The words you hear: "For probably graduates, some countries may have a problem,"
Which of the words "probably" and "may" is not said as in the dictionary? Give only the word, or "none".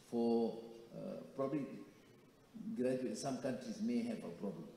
none